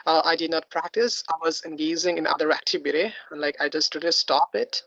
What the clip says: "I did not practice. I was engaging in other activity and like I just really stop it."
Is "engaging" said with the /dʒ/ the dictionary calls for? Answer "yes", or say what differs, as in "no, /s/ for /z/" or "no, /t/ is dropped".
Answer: no, /z/ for /dʒ/